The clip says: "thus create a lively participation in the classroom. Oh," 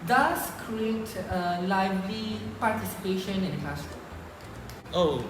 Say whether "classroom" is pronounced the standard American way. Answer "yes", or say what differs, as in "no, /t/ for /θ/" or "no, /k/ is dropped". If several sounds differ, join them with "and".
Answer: no, /m/ is dropped